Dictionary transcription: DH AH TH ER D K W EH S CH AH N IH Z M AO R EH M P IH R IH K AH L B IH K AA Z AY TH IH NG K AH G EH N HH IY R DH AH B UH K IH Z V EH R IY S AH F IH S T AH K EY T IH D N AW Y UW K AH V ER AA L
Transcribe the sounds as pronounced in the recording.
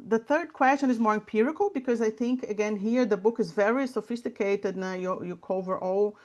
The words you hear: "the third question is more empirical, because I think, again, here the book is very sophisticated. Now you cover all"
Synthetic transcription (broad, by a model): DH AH TH ER D K W EH S CH AH N IH Z M AO R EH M P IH R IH K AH L B IH K AA Z AY TH IH NG K AH G EH N HH IY R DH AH B UH K IH Z V EH R IY S AH F IH S T AH K EY T IH D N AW Y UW K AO V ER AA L